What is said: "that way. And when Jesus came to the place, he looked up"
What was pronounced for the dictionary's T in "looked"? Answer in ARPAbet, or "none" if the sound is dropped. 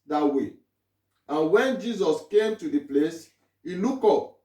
none